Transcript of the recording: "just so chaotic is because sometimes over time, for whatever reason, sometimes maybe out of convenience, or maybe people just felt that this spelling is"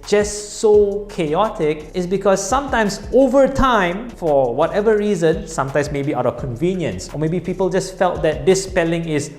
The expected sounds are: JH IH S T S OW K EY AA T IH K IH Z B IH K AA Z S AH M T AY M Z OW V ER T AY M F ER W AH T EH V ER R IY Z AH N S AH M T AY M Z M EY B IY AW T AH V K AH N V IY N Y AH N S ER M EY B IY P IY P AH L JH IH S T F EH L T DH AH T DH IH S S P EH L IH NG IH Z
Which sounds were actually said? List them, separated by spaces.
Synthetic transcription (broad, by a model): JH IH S S OW K EY AA T IH K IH S B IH K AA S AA M T AY M S OW V ER T AY M F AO W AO T EH V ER R IY Z AH N S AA M T AY M S M EY B IY AW T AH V K AH N V IY N Y AH N S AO M EY B IY P IY P AH L JH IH S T F EH L T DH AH T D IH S S P EH L IH NG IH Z